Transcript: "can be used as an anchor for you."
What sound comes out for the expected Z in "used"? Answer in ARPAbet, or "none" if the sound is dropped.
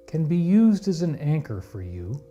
Z